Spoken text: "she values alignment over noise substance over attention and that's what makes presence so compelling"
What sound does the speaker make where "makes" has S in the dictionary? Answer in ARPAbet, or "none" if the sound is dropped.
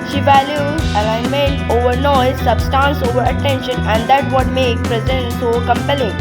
none